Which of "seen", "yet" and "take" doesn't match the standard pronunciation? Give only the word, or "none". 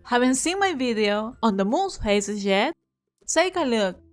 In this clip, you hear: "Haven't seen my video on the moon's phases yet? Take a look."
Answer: take